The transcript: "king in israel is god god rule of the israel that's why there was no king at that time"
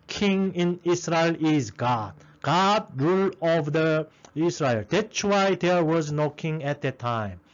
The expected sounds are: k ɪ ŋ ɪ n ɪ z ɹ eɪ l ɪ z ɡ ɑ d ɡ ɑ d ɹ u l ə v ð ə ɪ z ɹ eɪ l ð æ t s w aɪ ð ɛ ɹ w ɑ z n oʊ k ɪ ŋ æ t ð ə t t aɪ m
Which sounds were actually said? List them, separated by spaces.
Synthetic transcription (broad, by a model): k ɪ ŋ ɪ n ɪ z ɹ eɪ l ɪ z ɡ ɑ d ɡ ɑ d ɹ u l ə v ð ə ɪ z ɹ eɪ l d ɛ t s w aɪ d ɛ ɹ w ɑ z n oʊ k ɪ ŋ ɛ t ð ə t t aɪ m